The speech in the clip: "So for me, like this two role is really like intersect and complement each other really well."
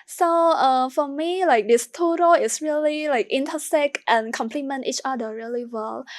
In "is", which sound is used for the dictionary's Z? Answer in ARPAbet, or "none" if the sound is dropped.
S